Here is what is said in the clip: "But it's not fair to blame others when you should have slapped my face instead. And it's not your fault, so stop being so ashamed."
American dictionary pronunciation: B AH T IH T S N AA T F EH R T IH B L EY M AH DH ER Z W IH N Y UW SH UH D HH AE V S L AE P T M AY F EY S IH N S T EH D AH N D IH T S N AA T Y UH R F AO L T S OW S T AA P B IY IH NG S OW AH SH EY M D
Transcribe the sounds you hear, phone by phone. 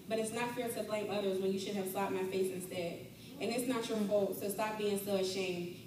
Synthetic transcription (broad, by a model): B AH T IH T S N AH T F EH R T IH B L EY M AH DH ER Z W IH N Y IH SH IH D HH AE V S L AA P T M AY F EY S IH N S T EH D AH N IH T S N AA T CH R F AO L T S OW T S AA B IY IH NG S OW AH SH EY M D